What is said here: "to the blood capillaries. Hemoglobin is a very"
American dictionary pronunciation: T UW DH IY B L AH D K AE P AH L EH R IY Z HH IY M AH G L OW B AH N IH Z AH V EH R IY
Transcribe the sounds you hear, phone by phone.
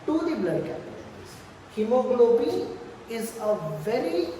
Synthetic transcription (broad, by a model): T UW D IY B L AH D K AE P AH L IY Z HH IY M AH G L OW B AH IH Z AH V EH R IY